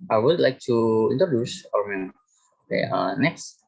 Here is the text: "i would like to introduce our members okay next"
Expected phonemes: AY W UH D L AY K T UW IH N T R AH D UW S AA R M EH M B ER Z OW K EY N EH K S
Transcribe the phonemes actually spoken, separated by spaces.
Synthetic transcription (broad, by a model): AY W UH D L AY K T UW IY N T R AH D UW S AA R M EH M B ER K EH AH N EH K S